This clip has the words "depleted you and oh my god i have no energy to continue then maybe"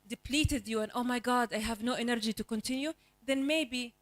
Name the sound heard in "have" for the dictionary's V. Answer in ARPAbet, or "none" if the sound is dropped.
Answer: V